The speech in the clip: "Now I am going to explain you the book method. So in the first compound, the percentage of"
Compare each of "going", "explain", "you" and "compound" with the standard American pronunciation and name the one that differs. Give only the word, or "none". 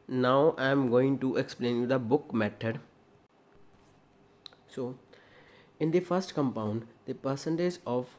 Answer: none